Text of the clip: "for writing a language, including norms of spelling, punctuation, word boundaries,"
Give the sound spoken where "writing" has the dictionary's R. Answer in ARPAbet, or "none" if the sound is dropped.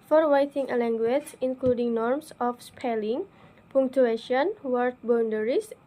W